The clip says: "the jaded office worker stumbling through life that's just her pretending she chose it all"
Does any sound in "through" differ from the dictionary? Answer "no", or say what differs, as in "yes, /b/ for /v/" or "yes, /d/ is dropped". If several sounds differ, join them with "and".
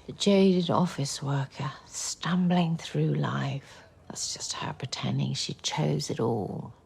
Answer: no